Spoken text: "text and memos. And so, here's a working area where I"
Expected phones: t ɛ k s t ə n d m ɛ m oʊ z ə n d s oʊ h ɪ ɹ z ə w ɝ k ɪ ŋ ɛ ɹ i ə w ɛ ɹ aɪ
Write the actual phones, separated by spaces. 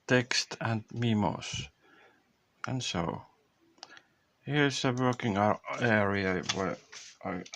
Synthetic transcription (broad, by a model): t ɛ k s t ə n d m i m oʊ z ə n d s oʊ h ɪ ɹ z ə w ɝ k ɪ ŋ ɛ ɹ i ə w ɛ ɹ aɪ